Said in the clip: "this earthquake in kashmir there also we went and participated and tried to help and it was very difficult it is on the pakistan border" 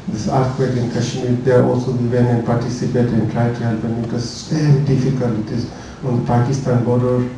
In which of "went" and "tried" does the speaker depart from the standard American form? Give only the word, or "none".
went